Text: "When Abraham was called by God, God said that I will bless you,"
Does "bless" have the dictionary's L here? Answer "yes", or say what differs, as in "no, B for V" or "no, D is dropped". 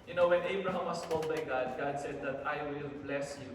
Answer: yes